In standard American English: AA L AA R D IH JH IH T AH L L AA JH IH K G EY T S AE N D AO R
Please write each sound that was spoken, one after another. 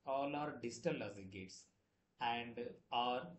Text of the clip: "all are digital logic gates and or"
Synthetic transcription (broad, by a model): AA L AA R D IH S T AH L L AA Z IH G EY T S AE N D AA R